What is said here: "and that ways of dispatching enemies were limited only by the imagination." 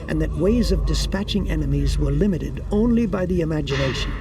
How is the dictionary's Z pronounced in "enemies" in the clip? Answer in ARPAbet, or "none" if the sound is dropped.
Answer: Z